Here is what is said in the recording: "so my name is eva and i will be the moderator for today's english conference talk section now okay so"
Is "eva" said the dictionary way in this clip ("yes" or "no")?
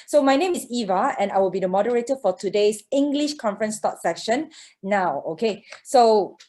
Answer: yes